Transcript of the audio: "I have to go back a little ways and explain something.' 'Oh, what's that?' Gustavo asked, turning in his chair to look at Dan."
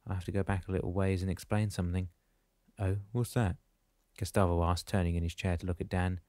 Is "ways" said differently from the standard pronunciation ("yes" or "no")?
no